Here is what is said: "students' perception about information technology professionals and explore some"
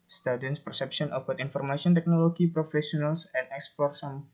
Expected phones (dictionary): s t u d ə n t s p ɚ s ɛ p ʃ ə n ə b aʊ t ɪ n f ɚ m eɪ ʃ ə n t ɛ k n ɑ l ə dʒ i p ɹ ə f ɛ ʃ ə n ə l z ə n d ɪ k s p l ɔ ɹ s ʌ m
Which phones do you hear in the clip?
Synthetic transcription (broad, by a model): s t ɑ d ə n s p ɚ s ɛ p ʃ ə n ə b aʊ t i n f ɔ m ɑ s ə n t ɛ k n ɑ l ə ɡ i p ɹ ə f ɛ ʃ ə n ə l s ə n ɪ k s p l ɔ ɹ s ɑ m